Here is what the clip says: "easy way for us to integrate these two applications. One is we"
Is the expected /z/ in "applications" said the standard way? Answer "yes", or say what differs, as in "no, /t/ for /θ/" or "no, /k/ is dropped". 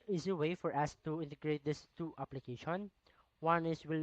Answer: no, /z/ is dropped